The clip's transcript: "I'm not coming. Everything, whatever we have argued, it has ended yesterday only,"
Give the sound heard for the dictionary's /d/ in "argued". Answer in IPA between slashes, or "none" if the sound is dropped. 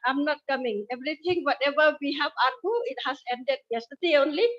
none